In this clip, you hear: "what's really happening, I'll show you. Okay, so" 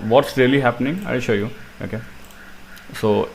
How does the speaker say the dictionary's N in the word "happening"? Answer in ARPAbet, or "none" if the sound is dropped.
N